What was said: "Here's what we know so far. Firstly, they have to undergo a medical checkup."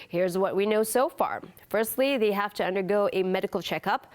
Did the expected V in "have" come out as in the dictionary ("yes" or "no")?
no